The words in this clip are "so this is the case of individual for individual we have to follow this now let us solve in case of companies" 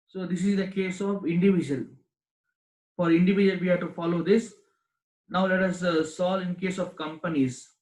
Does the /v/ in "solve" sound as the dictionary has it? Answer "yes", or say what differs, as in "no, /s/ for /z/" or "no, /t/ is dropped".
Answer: no, /v/ is dropped